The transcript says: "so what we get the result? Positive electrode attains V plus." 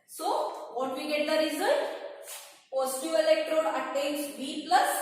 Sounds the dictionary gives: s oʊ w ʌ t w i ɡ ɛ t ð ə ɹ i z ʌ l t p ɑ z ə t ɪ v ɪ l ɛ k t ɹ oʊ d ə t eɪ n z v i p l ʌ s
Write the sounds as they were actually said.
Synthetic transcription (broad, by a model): s oʊ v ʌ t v i ɡ ɛ t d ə ɹ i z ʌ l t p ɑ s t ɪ ɪ l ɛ k t ɹ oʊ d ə t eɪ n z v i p l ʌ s